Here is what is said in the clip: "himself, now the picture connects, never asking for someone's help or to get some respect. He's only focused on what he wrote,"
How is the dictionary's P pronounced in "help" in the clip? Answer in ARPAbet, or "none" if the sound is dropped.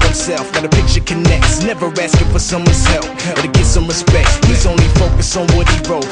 none